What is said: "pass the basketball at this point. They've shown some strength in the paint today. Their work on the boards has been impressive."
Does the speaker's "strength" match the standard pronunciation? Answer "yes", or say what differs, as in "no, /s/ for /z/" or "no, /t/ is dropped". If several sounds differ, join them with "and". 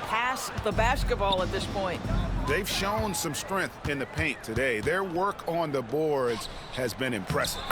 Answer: yes